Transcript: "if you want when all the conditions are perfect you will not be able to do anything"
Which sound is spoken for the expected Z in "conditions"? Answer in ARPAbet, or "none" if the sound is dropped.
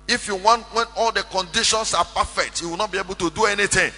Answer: S